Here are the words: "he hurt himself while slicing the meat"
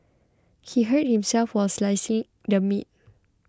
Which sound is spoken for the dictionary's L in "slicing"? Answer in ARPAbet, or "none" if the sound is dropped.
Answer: L